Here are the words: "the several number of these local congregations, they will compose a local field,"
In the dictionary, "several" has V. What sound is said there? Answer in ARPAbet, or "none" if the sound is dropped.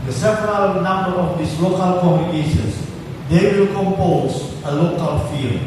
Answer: P